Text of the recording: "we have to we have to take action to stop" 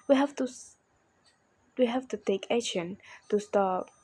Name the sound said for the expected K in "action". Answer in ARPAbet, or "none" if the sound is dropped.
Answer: none